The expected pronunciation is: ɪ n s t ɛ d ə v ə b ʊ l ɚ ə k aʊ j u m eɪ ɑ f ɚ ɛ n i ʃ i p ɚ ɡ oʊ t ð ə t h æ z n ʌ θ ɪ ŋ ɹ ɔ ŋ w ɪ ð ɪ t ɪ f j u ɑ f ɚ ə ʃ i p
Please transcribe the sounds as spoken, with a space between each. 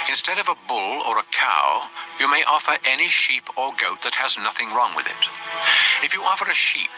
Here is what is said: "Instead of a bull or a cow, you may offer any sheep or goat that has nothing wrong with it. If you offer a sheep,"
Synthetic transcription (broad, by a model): ɪ n s t ɛ d ə v ə b ʊ l ɚ ə k aʊ j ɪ m eɪ ɑ f ɚ ɛ n i ʃ i p ɚ ɡ oʊ t ð ə t h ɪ z n ʌ θ ɪ ŋ ɹ ɔ ŋ w ɪ ð ɪ t ɪ f j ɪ ɑ f ɚ ə ʃ i p